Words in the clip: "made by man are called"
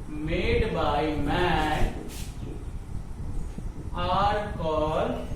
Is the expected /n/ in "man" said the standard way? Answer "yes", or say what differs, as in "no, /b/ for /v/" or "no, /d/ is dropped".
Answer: no, /n/ is dropped